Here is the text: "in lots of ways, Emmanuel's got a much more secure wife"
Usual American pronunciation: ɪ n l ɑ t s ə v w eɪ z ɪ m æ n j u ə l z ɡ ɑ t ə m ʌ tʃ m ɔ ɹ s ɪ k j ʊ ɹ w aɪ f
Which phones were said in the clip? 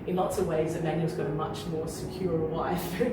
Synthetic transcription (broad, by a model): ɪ n l ɑ t s ə v w eɪ z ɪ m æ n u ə z ɡ ɑ t ə m ʌ tʃ m ɔ ɹ s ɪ k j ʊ ɹ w aɪ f